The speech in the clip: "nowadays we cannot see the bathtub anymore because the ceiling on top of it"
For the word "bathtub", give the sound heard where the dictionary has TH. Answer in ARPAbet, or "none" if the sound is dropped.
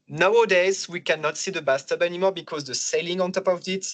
S